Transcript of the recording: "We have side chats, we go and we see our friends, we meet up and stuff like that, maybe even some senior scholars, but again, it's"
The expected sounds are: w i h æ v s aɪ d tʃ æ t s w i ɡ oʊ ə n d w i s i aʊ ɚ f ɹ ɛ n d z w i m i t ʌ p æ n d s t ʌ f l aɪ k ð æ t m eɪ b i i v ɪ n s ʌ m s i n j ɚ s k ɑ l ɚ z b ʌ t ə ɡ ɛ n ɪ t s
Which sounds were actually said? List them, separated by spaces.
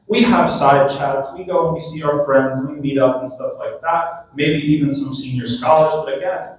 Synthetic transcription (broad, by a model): w i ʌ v s aɪ d tʃ æ t s w i ɡ oʊ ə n w i s i aʊ ɚ f ɹ ɛ n d z w i m i t ʌ p n s t ʌ f l aɪ k ð æ t m eɪ b i i v ɪ n s ʌ m s i n j ɚ s k ɑ l ɚ z b ʌ t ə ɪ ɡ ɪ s